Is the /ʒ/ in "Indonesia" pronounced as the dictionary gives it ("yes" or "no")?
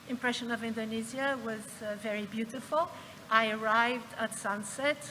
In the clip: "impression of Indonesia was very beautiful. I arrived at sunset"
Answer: no